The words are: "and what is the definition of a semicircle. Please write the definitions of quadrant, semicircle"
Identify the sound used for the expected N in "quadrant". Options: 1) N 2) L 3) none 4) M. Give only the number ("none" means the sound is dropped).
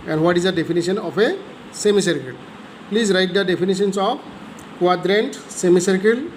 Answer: 1